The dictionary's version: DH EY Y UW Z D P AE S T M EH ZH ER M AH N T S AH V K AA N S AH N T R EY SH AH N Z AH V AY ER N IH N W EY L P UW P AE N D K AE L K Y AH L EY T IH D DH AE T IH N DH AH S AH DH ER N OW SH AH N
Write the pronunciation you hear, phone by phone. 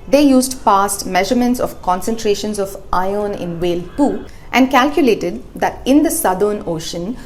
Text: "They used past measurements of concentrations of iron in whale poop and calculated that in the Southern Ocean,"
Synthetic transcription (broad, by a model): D EY Y UW Z D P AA S T M EH ZH ER M AH N T S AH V K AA N S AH N T R EY SH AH N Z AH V AY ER N IH N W EY L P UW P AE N D K AE L K Y AH L EY T IH D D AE T IH N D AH S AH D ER N OW SH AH N